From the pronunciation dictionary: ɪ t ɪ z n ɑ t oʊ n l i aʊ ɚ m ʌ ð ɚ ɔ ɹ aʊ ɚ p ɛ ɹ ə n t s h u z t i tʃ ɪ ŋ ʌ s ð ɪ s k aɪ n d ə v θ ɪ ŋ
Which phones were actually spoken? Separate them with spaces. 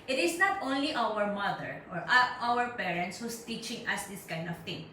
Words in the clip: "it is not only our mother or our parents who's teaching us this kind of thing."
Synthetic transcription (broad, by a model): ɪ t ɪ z n ɑ t oʊ n l i aʊ ɚ m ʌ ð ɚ ɔ ɹ aʊ ɚ p ɛ ɹ ə n t s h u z t i tʃ ɪ ŋ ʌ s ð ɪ s k aɪ n d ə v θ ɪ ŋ